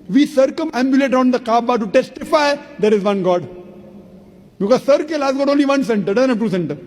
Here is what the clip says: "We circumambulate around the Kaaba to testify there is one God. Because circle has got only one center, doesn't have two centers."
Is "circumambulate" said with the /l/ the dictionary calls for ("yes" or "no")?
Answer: yes